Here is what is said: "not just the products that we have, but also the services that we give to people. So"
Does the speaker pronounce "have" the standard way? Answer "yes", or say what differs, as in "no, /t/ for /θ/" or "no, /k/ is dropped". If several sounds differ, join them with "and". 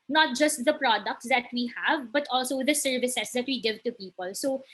yes